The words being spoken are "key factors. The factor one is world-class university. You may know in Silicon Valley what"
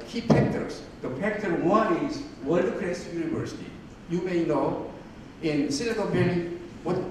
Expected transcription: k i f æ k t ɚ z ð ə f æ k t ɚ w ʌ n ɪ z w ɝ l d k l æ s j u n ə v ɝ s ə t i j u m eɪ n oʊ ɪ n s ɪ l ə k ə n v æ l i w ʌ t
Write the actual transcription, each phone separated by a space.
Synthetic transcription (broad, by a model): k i p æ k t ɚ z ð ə p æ k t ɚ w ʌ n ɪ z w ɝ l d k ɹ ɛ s j u n ə v ɝ s ə t i j u m eɪ n oʊ ɪ n s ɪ n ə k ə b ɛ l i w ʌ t